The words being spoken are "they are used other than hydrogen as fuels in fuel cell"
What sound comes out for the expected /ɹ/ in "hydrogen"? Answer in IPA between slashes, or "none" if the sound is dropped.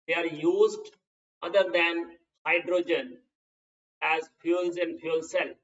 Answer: /ɹ/